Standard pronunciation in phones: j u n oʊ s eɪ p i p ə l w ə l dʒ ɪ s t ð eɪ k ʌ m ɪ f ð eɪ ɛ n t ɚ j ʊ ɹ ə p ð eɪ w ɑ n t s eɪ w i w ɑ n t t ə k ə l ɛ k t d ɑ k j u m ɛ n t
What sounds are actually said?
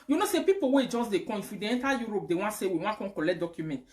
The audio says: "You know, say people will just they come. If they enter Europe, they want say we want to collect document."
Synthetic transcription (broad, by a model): j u n oʊ s eɪ p i p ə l w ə dʒ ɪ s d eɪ k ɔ ɪ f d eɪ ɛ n t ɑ j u ɹ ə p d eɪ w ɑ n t s eɪ w i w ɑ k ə k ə l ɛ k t d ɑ k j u m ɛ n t